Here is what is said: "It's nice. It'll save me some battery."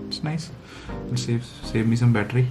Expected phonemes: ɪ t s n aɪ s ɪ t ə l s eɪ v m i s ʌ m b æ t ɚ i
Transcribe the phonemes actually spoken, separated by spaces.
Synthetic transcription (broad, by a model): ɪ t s n aɪ s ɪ s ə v s eɪ v m i s ʌ m b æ t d i